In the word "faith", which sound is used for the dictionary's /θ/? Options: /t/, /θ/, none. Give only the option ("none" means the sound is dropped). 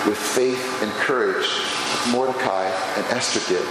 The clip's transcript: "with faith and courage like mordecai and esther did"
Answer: /θ/